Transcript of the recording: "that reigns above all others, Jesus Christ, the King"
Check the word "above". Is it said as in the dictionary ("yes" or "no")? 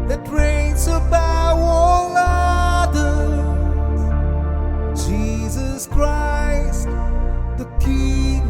no